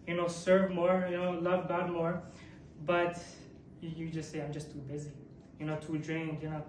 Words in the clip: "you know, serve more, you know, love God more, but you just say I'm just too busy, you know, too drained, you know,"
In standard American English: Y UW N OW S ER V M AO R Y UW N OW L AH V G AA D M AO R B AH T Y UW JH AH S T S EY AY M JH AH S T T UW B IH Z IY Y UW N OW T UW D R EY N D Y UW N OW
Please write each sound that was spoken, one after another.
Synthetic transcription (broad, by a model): Y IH N OW S ER V M AO R Y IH N OW L AH V G AA D M AO R B AH T Y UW JH AH S T S EY AY M JH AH S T T UW B IH Z IY Y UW N OW T UW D R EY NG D Y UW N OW